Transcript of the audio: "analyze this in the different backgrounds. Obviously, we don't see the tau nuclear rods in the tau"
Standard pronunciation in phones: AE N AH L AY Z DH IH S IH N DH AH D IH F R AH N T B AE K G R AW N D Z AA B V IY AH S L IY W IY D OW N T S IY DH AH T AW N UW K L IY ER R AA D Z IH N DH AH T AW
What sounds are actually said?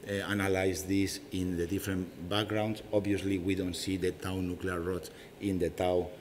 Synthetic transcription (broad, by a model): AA N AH L AY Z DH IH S IH N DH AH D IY F R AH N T B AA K G R AW N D S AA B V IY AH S L IY W IY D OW N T S IY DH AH T AW N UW K L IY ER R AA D IH N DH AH T AW